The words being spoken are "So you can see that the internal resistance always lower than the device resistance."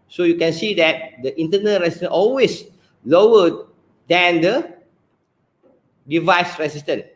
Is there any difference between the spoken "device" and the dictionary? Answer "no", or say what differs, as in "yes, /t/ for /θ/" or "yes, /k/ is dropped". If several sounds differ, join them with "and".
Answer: no